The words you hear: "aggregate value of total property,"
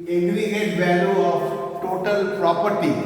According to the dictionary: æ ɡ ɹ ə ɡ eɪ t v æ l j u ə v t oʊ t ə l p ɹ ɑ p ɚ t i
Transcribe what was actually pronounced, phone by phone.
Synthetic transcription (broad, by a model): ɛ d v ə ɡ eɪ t b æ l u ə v t oʊ t ə l p ɹ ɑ p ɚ t i